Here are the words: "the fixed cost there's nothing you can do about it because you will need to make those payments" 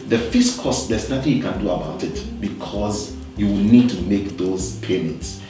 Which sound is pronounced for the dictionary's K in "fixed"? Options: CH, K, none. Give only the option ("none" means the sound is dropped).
none